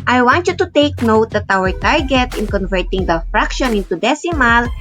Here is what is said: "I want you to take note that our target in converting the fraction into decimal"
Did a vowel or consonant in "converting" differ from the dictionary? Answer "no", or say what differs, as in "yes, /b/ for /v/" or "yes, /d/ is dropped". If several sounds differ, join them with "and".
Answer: no